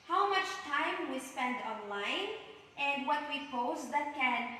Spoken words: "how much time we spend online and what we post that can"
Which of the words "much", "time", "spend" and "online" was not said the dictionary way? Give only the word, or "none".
none